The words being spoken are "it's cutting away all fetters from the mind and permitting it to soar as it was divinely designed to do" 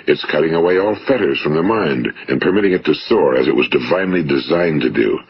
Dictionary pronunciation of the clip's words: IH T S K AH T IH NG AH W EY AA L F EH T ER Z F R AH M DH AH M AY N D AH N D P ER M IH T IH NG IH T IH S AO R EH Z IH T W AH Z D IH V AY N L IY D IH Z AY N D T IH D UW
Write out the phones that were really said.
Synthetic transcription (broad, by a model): IH T S K AH T IH NG AH W EY AA L F EH T ER Z F R AH M DH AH M AY N D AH N P ER M IH T IH NG IH T IH S AO R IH Z IH T W AH Z D IH V AY N L IY D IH Z AY N T IH D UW